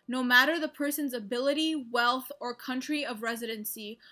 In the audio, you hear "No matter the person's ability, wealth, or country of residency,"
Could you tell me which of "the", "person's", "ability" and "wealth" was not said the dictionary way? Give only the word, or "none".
none